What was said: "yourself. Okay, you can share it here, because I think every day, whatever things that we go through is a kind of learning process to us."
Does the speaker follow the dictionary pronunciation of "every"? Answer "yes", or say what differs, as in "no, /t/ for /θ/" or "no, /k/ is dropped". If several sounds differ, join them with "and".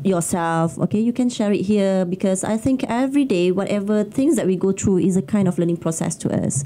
yes